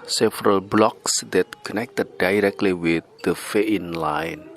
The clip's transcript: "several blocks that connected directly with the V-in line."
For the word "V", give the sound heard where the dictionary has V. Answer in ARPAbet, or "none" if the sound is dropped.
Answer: F